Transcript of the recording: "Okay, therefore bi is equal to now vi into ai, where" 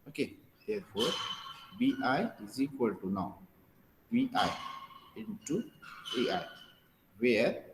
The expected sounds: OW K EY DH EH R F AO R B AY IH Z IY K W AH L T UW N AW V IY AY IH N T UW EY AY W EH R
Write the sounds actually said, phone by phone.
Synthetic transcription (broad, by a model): OW K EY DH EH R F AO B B AY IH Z IY K W AH L T UW N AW B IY AY IH N T UW EY AY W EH